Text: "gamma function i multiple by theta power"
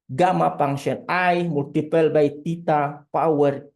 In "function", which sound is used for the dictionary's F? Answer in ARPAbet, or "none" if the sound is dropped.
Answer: P